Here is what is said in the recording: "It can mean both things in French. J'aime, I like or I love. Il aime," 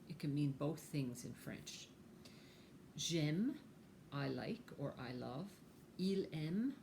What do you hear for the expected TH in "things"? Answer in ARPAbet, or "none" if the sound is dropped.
TH